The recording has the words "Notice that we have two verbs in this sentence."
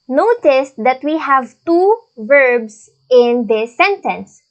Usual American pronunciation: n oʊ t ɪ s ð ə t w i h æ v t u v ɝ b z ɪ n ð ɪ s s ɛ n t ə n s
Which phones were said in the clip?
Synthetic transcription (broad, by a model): n oʊ t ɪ s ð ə t w i h æ v t u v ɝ b s ɪ n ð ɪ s s ɛ n t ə n s